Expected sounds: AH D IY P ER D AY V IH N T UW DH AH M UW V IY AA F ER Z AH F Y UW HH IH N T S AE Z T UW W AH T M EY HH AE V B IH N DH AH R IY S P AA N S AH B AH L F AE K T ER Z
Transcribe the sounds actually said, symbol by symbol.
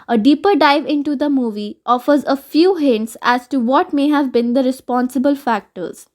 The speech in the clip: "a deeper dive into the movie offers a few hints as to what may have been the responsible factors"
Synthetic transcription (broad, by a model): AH D IY P ER D AY V IH N T UW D AH M UW V IY AA F ER Z AH F Y UW HH IH N T S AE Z T UW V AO T M EY HH AE V B IH N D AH R IY S P AA N S AH B AH L F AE K T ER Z